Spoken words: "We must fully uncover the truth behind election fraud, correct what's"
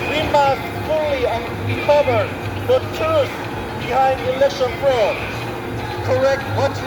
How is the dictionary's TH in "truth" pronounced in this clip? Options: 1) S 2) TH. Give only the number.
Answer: 1